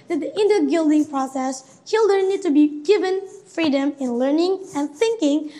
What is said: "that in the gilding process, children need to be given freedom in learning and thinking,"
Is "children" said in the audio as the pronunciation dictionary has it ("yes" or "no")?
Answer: no